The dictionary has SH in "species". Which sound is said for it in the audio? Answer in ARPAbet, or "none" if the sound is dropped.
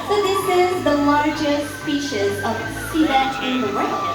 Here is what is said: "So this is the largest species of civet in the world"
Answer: SH